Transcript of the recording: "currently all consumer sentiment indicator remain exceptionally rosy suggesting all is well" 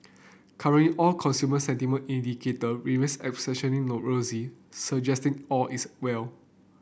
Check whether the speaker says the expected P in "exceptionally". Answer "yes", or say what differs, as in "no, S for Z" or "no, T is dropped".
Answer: no, P is dropped